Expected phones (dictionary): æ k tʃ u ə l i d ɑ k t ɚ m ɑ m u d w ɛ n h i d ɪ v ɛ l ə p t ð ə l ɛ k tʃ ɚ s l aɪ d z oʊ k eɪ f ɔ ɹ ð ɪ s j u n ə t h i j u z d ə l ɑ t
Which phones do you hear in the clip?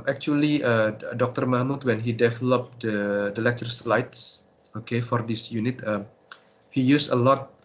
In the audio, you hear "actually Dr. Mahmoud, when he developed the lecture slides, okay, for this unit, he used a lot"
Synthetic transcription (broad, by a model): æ k tʃ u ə l i d ɑ k t ɚ m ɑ m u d w ɛ n h i d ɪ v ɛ l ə p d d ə l ɛ k tʃ ɚ s l aɪ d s oʊ k eɪ f ɔ ɹ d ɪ s j u n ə t h i j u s ə l ɑ t